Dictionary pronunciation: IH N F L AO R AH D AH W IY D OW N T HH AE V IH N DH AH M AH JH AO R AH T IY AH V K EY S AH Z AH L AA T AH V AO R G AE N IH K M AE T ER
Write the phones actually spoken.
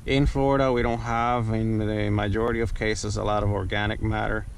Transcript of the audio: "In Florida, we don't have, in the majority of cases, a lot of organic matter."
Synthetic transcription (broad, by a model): IH N F L AO R AH D AH W IY D OW N T HH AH V IH N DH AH M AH JH AO R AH T IY AH V K EY S AH Z AH L AA T AH V AO R G AE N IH K M AE T ER